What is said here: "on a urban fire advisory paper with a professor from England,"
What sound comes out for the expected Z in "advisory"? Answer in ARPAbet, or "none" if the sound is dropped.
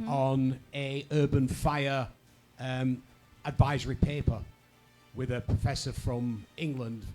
Z